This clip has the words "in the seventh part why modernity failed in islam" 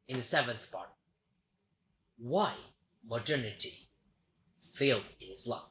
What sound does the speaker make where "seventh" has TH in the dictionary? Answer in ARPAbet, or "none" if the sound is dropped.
TH